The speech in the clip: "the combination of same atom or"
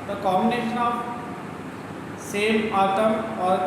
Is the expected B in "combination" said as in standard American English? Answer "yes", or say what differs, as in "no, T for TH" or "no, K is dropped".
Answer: no, B is dropped